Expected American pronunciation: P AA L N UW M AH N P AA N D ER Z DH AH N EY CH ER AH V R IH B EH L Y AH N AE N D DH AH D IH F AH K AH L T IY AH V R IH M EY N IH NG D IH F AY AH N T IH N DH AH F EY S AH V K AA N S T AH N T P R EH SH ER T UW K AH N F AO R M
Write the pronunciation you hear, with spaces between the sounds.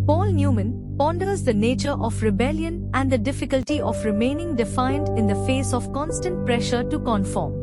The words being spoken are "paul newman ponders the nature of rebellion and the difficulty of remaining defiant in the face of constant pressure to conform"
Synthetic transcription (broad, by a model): P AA L N UW M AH N P AA N D ER Z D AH N EY CH ER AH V R IH B EH L Y AH N AE N D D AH D IH F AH K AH L T IY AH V R IH M EY N IH NG D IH F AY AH N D IH N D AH F EY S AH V K AA N S T AH N T P R EH SH ER T UW K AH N F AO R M